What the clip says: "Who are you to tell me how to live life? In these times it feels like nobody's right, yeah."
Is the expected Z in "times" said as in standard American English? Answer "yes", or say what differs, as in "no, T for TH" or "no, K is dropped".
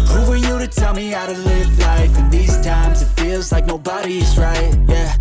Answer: yes